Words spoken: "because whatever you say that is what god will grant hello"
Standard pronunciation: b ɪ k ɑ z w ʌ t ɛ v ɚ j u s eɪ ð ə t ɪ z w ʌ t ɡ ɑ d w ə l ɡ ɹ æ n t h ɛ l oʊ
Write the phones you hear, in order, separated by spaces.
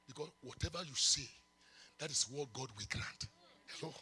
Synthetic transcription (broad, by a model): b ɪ k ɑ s w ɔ t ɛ v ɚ j u s eɪ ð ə t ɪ s w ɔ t ɡ ɑ d w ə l ɡ ɹ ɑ n t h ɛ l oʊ